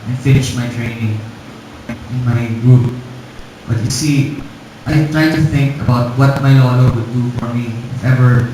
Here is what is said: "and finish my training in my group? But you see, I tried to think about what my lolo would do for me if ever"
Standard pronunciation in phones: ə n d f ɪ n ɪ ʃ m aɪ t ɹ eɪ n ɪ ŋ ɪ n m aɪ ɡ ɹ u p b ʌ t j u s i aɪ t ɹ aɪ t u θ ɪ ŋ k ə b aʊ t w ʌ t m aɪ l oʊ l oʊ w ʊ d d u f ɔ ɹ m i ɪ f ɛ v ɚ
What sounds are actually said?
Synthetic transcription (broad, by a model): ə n f ɪ n ɪ ʃ m aɪ t ɹ eɪ n ɪ ŋ ɪ n m aɪ ɡ ɹ u p b ʌ t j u s i aɪ t ɹ aɪ t u θ ɪ ŋ k ə b aʊ t w ʌ t m aɪ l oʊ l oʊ w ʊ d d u f ɔ ɹ m i ɪ f ɛ v ɚ